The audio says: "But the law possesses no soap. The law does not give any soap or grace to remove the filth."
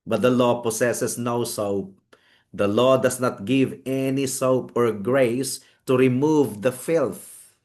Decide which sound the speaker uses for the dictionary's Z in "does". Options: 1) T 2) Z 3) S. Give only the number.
3